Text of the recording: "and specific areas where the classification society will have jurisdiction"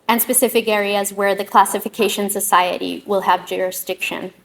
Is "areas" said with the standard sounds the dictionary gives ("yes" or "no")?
yes